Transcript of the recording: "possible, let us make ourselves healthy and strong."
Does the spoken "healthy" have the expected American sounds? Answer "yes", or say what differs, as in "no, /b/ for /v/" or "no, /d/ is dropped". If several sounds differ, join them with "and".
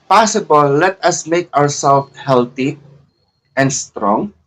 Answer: no, /t/ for /θ/